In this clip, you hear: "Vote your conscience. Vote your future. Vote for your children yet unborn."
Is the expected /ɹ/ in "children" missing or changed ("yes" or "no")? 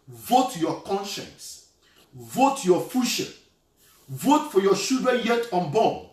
yes